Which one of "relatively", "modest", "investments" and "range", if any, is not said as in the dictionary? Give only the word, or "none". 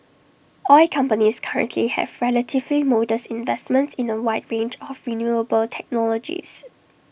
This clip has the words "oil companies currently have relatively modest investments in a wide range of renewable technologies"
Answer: modest